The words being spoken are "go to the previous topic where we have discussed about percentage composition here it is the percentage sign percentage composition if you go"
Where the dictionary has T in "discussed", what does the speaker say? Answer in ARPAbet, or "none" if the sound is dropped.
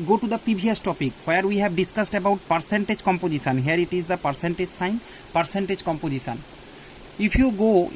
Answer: T